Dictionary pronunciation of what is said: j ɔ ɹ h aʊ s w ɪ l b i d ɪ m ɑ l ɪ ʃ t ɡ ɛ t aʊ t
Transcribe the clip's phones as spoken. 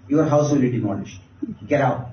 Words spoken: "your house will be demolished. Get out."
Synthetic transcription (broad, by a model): j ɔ ɹ h aʊ s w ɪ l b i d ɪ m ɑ n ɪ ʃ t ɡ ɛ t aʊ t